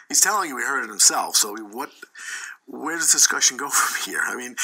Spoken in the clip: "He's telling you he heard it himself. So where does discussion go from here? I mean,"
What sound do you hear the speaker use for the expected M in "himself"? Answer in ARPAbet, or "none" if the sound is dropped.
M